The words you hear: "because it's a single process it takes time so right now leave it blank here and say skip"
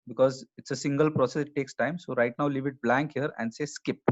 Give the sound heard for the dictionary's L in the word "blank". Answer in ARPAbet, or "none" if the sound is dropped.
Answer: L